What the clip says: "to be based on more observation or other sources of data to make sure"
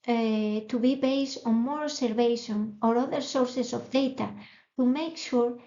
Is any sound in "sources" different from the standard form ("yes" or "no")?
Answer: yes